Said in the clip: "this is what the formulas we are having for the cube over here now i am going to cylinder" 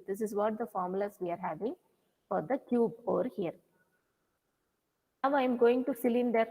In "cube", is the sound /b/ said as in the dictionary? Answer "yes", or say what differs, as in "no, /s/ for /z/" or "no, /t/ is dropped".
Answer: yes